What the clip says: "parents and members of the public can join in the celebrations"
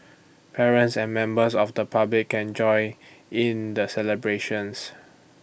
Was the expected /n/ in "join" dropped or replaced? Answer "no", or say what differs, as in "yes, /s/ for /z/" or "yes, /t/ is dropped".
yes, /n/ is dropped